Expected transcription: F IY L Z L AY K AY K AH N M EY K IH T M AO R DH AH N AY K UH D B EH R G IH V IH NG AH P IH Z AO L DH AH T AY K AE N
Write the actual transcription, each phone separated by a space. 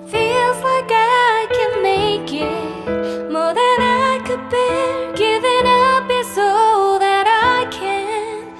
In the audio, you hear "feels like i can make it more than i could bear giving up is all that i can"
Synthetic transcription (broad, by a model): F IY L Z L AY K AY K AH N M EY K IH T M AO R DH AH N AY K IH D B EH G IH V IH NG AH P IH S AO DH AH T AY K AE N